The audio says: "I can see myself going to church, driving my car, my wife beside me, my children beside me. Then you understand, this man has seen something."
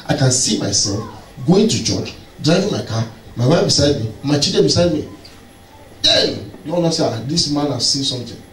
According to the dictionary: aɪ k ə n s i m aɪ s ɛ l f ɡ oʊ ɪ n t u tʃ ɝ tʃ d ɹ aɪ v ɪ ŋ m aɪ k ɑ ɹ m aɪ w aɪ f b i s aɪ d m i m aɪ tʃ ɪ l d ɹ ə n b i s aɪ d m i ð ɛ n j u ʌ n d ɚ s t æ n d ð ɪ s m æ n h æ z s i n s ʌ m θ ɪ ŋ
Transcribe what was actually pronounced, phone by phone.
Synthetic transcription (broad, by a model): aɪ k ə n s i m aɪ s ɛ l f ɡ oʊ ɪ n t u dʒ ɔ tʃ d ɹ aɪ v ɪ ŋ m aɪ k ɑ m aɪ w aɪ f b i s aɪ d m i m aɪ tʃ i d ə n b i s aɪ d m i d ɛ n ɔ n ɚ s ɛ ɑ d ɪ s m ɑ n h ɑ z s i n s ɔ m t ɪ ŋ